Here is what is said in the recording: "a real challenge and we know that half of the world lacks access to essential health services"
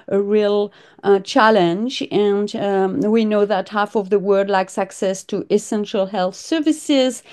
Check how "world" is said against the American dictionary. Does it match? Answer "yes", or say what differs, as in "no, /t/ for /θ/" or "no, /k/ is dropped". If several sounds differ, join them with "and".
no, /l/ is dropped